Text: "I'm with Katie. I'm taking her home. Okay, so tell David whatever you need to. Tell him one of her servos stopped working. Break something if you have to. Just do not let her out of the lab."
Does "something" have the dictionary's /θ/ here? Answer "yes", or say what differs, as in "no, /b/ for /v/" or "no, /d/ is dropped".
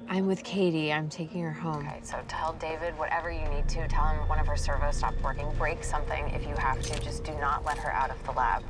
yes